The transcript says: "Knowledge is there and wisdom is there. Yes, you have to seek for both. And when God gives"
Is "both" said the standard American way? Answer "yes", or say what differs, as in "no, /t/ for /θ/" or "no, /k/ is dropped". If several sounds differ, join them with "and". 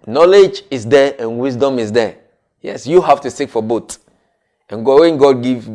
no, /t/ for /θ/